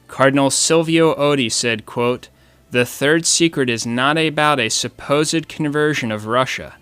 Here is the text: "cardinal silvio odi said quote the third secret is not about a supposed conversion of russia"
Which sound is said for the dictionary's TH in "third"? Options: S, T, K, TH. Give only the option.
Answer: TH